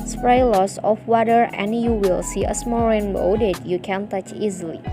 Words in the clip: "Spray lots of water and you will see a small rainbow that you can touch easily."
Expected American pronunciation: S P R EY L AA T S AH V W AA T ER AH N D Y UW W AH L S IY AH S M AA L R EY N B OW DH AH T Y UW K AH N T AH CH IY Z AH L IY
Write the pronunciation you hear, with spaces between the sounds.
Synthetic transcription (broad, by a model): S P R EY L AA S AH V W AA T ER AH N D Y UW W AH L S IY AH S M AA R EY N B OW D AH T Y UW K AH N T AH CH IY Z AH L IY